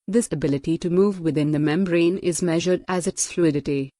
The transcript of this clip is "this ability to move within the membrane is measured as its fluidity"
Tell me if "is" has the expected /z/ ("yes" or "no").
yes